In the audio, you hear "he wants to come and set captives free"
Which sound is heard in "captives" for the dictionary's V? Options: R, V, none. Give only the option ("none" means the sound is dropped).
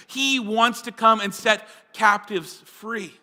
V